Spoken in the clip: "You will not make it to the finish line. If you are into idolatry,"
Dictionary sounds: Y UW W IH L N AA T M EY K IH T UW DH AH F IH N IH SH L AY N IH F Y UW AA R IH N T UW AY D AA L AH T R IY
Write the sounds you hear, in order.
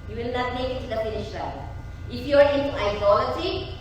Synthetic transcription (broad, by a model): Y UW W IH L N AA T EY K IH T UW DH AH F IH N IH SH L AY IH F Y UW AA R IH N T UW AY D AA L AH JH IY